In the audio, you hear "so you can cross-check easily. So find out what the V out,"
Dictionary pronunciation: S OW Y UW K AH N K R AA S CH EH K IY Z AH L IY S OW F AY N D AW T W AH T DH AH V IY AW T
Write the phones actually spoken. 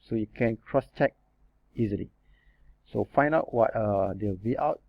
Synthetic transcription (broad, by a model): S OW Y UW K AH N K R AA S CH EH K IY Z AH L IY S OW F AY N AW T W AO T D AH B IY AW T